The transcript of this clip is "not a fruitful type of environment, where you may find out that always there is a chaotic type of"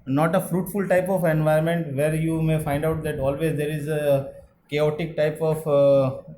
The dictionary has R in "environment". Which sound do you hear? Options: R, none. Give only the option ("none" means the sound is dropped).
none